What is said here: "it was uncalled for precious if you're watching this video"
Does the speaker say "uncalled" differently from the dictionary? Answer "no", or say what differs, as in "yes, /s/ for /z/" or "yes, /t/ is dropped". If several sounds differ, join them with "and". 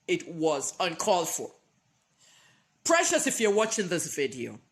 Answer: no